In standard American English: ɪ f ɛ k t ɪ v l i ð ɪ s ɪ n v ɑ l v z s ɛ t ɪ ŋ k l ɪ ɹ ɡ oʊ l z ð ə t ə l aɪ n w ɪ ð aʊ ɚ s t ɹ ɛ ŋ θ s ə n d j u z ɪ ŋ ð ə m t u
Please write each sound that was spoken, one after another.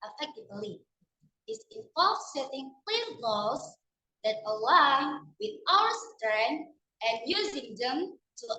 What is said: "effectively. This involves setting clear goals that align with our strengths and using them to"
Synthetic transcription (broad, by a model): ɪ f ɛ k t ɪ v l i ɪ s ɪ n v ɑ l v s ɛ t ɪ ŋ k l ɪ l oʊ z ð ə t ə l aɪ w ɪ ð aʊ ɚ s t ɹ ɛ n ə n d j u z ɪ ŋ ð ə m t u